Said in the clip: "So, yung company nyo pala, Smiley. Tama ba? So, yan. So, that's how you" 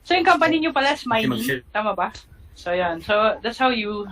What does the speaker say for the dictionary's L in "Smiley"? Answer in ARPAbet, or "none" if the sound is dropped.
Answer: N